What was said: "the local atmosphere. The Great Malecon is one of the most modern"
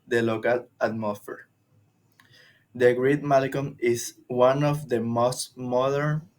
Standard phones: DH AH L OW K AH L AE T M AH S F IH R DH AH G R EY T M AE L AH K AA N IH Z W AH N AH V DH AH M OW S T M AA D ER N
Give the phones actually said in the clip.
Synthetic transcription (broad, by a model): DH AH L OW K AH L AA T M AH S F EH R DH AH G R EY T M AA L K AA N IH S W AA N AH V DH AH M OW S T M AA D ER N